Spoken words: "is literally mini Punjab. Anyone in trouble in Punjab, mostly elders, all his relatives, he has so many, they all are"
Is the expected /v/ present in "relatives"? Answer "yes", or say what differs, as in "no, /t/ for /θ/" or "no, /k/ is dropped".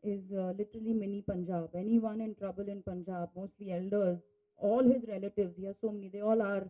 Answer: yes